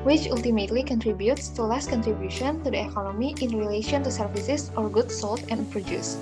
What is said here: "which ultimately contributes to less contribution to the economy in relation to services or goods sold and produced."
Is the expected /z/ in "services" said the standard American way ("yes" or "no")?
no